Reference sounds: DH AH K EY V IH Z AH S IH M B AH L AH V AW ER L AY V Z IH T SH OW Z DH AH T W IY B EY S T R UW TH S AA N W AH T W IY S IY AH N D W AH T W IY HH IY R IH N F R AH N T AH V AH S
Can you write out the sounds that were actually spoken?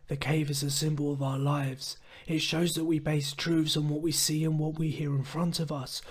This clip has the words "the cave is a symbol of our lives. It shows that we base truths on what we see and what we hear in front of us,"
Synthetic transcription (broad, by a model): DH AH K EY V IH Z AH S IH M B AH L AH V AW ER L AY V Z IH T SH OW Z DH AH T W IY B EY S T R UW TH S N W AH T W IY S IY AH N W AH T W IY HH IY R IH N F R AH N T AH V AH S